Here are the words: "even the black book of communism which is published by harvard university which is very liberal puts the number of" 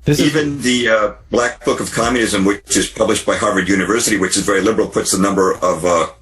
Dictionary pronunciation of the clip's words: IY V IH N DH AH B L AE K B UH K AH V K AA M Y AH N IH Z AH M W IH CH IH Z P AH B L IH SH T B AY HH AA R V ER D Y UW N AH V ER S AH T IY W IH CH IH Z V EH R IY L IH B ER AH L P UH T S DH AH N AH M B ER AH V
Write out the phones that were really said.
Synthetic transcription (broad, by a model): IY V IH N DH AH B L AE K B UH K AH V K AA M Y AH N IH Z AH M W IH CH IH Z P AH B L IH SH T B AY HH AA R V ER D Y UW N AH V ER S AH T IY W IH CH IH Z V EH R IY L IH B ER L P UH T S DH AH N AH M B ER AH V